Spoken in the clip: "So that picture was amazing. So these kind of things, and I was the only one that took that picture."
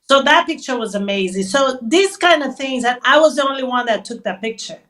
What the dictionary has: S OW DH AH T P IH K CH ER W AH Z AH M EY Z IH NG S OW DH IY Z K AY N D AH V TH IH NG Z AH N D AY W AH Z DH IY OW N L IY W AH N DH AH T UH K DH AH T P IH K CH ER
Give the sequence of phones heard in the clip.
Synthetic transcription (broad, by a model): S OW DH AH T P IH K CH ER W AH Z AH M EY Z IH NG S OW DH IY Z K AY N D AH V TH IH NG Z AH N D AY W AH Z DH IY OW N L IY W AH N DH AH T UH K DH AH T P IH K CH ER